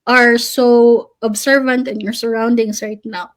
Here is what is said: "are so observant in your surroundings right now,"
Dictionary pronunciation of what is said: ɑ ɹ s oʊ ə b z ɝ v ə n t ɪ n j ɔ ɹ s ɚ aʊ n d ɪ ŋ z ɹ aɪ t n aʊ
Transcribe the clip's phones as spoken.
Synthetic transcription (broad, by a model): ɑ ɹ s oʊ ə b s ɝ v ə n t ɪ n j ɔ ɹ s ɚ aʊ n d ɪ ŋ s ɹ aɪ t n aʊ